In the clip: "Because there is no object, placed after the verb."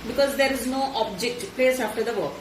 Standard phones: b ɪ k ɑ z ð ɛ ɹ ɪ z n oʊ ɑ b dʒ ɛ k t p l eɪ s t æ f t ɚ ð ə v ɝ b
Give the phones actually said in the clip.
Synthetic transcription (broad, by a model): b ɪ k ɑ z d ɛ ɹ ɪ z n oʊ ɑ b dʒ ɛ k t p l eɪ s ɑ f t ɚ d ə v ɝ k